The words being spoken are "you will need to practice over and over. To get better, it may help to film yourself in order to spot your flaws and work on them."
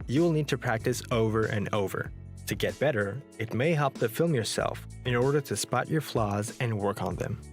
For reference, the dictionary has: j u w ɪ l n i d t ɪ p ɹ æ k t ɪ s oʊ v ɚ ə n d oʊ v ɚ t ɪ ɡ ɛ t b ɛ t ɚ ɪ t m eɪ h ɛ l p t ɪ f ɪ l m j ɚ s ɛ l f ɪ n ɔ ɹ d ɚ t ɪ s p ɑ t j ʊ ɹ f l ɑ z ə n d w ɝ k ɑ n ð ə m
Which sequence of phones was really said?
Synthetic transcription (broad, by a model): j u w ɪ l n i d t ɪ p ɹ æ k t ɪ s oʊ v ɚ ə n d oʊ v ɚ t ɪ ɡ ɛ t b ɛ t ɚ ɪ t m eɪ h ɛ l p t ɪ f ɪ l m j ɚ s ɛ l f ɪ n ɔ ɹ d ɚ t ɪ s p ɑ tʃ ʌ ɹ f l ɑ z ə n w ɝ k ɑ n ð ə m